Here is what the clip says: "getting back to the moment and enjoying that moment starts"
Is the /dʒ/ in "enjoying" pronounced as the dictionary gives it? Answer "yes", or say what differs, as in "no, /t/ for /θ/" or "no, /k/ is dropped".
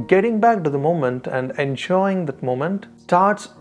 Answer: no, /ʃ/ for /dʒ/